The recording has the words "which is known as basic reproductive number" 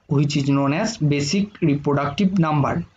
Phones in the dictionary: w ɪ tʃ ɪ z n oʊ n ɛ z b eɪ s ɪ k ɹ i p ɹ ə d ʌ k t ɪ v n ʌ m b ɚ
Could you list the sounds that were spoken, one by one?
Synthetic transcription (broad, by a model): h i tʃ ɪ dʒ n oʊ n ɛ s b eɪ s ɪ k ɹ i p ɹ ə d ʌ k t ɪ b n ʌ m b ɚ